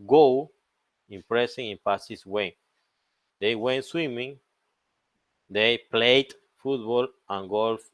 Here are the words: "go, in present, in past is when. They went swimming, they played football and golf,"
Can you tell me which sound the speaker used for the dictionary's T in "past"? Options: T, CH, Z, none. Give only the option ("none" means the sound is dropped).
none